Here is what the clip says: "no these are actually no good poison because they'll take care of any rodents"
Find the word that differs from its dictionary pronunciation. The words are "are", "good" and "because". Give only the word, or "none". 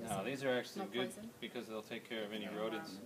none